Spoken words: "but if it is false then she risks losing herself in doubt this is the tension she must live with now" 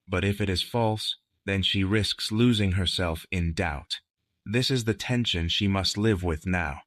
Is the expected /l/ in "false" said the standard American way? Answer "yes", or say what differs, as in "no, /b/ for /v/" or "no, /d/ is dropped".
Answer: yes